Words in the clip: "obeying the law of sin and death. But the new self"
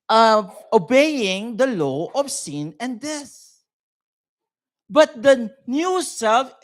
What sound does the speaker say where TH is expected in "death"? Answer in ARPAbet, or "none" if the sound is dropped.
S